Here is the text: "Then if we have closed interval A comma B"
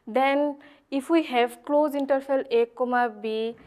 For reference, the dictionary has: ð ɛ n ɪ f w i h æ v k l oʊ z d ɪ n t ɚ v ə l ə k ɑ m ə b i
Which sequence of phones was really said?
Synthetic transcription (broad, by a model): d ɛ n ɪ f w i h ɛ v k l oʊ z i n t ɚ f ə l ə k ɑ m ə b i